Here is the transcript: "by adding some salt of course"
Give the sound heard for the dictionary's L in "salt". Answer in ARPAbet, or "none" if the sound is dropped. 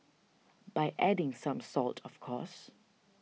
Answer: L